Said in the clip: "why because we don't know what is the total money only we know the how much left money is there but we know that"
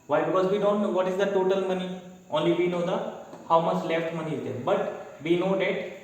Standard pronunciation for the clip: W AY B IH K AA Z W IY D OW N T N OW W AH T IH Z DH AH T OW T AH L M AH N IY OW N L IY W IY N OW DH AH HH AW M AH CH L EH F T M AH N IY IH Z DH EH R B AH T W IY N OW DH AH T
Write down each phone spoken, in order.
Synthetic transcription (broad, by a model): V AY B IH K AA Z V IY D OW N T N OW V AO T IH Z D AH T OW T AH L M AH N IY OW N L IY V IY N OW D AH HH AW M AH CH L EH F T M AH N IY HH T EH B AH T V IY N OW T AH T